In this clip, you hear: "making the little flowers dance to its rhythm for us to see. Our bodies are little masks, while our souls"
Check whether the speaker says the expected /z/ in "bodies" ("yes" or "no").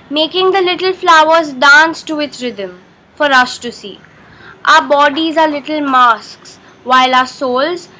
yes